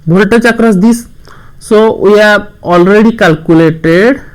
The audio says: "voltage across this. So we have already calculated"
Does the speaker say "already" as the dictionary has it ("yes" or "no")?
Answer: yes